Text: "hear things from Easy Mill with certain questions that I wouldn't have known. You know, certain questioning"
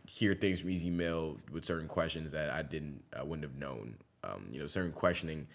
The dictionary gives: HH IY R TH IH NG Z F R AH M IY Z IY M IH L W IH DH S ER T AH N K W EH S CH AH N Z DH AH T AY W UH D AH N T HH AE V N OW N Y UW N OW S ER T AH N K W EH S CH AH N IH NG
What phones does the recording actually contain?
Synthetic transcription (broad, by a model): HH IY R TH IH NG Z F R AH M IY Z IY M IH L W IH DH S ER T N K W EH S CH AH N Z DH AH T AY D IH D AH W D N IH V N OW N Y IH N OW S ER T N K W EH S CH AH N IH NG